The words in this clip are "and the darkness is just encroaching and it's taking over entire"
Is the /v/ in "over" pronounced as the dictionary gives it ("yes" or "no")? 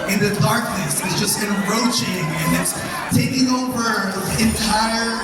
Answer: no